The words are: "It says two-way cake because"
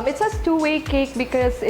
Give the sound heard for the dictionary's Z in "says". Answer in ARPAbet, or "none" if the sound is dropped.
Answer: S